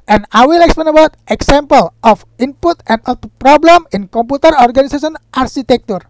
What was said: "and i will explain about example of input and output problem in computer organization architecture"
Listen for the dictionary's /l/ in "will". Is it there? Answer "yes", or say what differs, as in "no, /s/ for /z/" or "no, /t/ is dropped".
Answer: yes